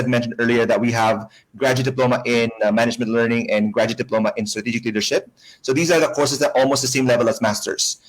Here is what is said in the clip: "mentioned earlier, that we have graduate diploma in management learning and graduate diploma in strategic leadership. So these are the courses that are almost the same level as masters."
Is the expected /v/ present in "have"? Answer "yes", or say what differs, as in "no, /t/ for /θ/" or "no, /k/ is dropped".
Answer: yes